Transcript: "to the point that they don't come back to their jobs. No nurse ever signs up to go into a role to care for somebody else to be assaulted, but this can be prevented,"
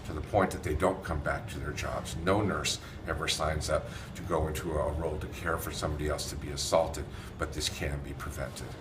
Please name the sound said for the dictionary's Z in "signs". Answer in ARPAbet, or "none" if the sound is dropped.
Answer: Z